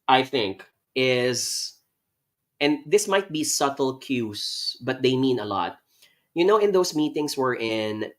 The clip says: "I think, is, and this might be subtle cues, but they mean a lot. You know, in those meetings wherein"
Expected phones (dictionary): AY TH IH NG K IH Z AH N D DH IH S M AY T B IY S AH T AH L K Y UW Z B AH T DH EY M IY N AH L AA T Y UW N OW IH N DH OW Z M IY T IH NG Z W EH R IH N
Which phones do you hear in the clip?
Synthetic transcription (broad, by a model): AY TH IH NG K IH Z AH N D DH IH S M AY T B IY S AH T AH L K Y UW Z B AH T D EY M IY N AH L AA T Y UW N OW IH N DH OW S M IY T IH NG S W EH R IH N